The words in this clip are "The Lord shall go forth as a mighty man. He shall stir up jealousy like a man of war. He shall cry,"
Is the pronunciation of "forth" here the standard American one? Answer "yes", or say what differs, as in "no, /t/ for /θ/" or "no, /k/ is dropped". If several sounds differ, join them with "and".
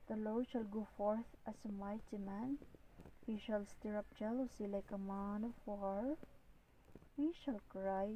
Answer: no, /t/ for /θ/